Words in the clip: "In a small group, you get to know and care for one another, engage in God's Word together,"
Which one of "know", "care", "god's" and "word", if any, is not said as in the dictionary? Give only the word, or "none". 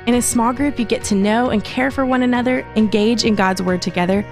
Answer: none